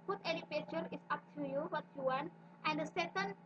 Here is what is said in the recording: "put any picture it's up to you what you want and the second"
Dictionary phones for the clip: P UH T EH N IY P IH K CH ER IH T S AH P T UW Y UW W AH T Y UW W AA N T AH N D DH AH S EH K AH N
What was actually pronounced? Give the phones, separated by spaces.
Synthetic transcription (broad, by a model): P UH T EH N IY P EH CH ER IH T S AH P T UW Y UW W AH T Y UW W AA N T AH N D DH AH S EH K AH N